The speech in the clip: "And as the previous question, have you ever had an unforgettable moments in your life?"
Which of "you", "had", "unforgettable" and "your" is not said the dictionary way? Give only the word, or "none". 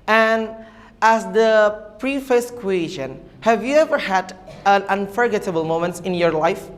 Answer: none